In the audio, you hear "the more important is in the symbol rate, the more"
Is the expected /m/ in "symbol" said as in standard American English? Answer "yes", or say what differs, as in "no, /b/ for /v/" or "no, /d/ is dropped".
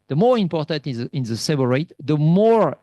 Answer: no, /m/ is dropped